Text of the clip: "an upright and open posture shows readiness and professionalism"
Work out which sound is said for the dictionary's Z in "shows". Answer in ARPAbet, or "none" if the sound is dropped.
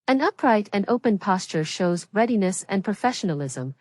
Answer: Z